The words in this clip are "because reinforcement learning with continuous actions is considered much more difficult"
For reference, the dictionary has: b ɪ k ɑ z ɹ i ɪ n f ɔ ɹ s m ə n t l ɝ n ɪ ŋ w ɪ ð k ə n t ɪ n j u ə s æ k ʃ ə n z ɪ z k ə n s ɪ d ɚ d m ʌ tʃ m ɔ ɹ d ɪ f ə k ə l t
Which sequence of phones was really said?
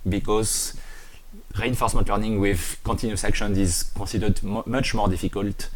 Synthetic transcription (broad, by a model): b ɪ k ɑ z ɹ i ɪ n f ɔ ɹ s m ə n t l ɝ n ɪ ŋ w ɪ ð k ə n t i n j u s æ k ʃ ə n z ɪ z k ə s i d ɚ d m ʌ tʃ m ɔ ɹ d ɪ f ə k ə l t